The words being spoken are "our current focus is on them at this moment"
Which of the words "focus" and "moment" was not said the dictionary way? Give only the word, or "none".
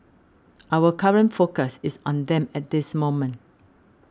none